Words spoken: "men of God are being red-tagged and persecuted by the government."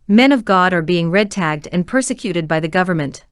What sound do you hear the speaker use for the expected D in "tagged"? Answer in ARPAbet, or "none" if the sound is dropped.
D